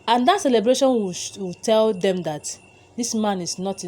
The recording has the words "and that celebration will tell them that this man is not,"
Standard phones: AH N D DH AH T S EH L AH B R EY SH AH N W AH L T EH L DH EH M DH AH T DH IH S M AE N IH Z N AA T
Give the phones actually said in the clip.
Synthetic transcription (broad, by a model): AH N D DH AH T S EH L AH B R EY SH AH N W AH W T EH L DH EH M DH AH T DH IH S M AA N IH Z N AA T